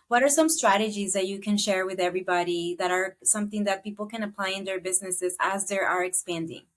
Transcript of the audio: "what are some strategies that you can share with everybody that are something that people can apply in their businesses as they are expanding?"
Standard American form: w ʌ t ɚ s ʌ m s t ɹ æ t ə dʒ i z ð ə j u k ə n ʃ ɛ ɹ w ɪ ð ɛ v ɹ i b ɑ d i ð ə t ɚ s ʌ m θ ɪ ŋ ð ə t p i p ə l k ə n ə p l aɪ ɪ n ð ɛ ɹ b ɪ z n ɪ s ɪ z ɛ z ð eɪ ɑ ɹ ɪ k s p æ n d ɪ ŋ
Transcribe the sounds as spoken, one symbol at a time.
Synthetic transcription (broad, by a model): w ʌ t ɚ s ʌ m s t ɹ æ t ə dʒ i z ð ə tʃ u k ə n ʃ ɛ ɹ w ɪ ð ɛ v ɹ i b ɑ d i ð ə t ɚ s ʌ m θ ɪ ŋ ð ə t p i p l k ə n ə p l aɪ ɪ n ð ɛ ɹ b ɪ z n ɪ s ɪ z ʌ z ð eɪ ɑ ɹ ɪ k s p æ n d ɪ ŋ